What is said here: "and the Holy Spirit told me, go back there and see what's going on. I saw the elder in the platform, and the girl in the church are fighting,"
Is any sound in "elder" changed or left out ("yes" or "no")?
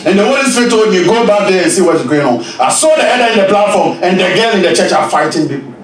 yes